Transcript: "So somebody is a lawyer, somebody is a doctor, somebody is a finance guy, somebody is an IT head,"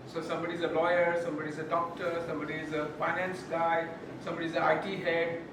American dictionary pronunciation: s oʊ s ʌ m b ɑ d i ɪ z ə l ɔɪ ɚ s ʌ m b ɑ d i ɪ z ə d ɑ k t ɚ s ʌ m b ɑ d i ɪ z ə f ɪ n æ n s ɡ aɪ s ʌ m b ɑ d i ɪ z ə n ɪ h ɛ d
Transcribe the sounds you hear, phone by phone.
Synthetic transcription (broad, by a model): s oʊ s ʌ m b ɑ d i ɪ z ə l ɔɪ ɚ s ʌ m b ɑ d i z ə d ɑ k t ɚ s ʌ m b ɑ d i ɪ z ə p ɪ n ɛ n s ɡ aɪ s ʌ m b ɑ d i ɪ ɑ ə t ɪ h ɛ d